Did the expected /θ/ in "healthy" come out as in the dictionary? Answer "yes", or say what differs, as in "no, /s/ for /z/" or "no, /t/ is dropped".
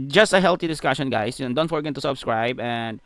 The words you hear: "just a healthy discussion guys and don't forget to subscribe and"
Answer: no, /t/ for /θ/